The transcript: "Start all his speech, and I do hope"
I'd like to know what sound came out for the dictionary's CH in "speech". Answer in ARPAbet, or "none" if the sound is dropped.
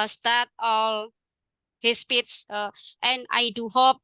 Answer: S